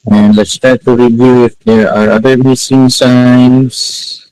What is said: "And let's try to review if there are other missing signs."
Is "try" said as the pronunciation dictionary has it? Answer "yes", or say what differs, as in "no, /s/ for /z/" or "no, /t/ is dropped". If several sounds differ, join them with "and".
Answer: no, /ɹ/ is dropped